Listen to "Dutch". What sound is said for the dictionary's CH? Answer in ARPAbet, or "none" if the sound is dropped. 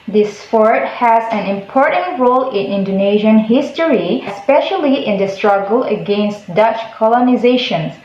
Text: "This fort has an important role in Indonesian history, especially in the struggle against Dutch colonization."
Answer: CH